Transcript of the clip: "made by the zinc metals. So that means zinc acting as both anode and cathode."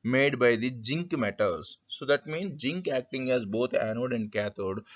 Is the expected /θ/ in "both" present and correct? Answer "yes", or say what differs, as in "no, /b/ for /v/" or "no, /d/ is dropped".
no, /t/ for /θ/